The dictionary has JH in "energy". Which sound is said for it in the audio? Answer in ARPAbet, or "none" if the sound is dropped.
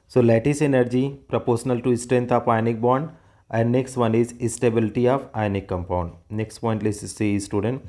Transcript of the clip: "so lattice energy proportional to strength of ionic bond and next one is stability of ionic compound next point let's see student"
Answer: JH